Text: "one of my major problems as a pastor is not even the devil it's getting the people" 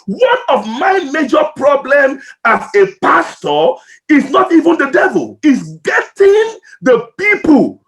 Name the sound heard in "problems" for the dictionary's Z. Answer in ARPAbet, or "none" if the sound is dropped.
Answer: none